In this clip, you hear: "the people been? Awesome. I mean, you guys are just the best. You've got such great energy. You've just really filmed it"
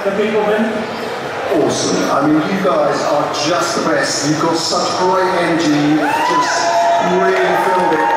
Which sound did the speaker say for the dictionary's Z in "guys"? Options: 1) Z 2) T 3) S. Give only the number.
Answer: 1